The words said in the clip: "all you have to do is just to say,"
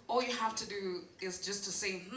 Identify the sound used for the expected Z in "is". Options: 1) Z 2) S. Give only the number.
1